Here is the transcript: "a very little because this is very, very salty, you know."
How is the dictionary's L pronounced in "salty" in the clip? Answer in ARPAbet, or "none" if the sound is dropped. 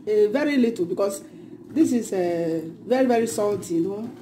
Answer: none